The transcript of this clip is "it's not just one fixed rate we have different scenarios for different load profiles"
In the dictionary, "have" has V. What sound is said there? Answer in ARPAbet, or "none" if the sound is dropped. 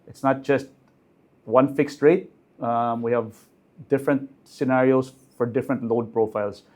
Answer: V